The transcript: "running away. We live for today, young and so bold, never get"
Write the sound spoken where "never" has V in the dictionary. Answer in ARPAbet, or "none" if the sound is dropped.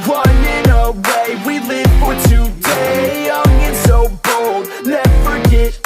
F